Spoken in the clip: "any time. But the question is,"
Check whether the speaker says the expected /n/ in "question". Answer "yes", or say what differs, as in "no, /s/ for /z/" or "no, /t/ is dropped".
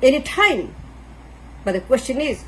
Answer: yes